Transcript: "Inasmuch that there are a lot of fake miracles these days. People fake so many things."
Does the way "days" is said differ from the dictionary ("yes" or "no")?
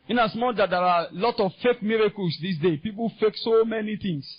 yes